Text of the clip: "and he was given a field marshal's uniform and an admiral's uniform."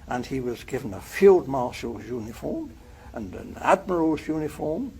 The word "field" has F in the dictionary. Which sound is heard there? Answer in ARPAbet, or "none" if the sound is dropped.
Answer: F